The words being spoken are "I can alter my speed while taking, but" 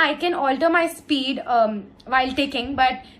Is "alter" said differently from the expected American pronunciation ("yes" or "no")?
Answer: no